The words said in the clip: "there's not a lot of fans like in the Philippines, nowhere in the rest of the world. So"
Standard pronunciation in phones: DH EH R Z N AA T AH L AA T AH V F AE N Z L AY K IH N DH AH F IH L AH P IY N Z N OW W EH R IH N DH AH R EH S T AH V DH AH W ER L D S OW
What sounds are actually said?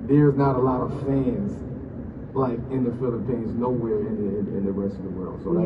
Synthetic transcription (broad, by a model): DH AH R Z N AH T AH L AA T AH V F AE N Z L AY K IH N DH AH F IH L AH P IY N Z N OW W EH R IH N DH AH R EH S T AH V DH AH W ER L D S OW